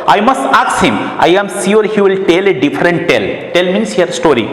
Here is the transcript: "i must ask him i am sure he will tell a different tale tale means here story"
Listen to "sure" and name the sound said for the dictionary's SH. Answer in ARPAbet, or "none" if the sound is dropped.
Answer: S